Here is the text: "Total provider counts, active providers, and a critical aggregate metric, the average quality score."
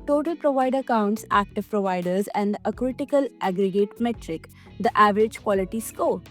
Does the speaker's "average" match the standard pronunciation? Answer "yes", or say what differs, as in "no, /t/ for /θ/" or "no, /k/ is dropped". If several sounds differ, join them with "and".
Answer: yes